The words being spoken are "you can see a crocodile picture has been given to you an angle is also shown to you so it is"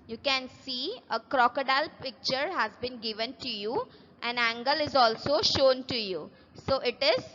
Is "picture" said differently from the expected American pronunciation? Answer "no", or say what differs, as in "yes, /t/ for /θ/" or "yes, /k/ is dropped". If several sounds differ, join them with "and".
no